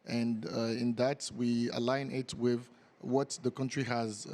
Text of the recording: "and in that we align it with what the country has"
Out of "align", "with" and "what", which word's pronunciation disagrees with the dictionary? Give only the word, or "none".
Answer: none